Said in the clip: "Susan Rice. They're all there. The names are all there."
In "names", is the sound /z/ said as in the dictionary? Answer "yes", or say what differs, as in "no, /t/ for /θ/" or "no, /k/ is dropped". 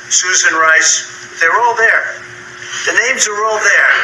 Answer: yes